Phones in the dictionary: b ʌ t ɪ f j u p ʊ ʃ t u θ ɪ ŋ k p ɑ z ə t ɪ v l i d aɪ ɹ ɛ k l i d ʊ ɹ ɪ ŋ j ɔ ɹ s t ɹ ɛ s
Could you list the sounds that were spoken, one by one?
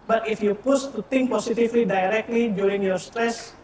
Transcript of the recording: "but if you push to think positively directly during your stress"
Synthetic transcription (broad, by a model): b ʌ t ɪ f j u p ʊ s t u t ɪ ŋ k p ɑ s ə t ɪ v l i d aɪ ɹ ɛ k l i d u ɹ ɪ ŋ j ɔ ɹ s t ɹ ɛ s